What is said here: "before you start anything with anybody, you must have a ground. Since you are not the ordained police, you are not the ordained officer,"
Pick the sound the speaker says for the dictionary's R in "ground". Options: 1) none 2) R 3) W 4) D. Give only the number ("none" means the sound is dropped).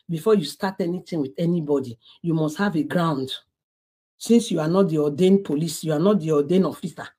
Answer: 2